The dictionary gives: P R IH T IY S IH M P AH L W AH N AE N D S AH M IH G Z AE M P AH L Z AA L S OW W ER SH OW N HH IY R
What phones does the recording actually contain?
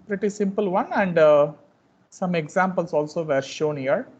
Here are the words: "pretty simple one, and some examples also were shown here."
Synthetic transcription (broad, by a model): P R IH T IY S IH M P AH L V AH N AE N D S AH M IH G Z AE M P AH L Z AA L S OW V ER SH OW N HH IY R